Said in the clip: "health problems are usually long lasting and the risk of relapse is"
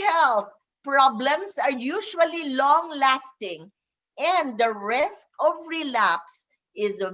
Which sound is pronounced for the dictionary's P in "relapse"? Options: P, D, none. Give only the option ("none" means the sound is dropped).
P